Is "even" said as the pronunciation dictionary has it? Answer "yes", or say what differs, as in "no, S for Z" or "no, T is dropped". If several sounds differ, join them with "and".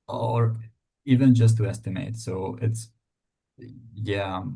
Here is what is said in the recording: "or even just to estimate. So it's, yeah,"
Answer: yes